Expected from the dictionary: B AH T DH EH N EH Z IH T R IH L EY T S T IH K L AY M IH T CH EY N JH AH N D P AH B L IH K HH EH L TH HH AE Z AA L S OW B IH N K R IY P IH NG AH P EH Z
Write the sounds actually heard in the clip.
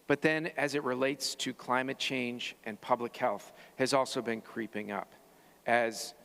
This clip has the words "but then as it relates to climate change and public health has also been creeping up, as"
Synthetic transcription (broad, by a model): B AH T DH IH N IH Z IH T R IH L EY T S T IH K L AY M IH T CH EY N JH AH N P AH B L IH K HH EH L TH HH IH Z AA L S OW B IH N K R IY P IH NG AH P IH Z